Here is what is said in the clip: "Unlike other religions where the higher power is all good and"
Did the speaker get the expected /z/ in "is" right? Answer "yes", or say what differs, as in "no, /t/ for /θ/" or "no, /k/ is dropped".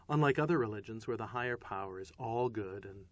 yes